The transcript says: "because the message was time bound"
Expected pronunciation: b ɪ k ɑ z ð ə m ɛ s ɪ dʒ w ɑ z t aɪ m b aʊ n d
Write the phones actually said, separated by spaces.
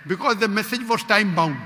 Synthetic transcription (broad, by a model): b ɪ k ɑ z ð ə m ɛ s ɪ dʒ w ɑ s t aɪ m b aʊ